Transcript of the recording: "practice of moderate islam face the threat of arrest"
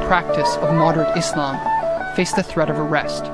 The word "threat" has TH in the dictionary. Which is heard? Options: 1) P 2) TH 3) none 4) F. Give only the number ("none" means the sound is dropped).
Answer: 2